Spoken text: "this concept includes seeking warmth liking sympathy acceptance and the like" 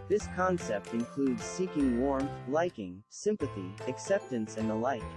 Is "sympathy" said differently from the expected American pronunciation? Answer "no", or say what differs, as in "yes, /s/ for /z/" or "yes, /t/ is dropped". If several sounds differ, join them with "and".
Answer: no